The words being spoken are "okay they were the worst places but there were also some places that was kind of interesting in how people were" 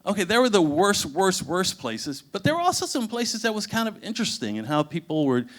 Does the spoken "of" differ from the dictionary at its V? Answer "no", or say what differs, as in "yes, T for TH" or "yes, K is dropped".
no